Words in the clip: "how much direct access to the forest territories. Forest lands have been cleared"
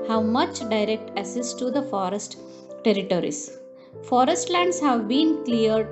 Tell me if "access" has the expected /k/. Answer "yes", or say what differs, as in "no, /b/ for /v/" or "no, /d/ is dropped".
no, /k/ is dropped